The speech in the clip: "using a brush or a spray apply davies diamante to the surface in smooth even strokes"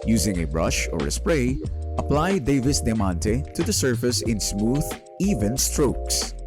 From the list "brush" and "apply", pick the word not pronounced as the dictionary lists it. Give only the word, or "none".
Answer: none